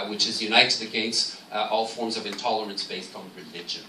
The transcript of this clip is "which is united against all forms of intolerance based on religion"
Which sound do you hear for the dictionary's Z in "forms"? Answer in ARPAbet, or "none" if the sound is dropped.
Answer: Z